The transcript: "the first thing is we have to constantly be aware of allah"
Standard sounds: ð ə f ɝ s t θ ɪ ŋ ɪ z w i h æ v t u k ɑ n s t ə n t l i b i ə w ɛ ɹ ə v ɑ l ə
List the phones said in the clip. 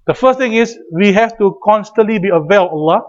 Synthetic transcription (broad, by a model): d ə f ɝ s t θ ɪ ŋ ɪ s w i h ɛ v t u k ɑ n s t ə n t l i b i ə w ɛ l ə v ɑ l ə